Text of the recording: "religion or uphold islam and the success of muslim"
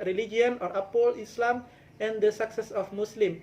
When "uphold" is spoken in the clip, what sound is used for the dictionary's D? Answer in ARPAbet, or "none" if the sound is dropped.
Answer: none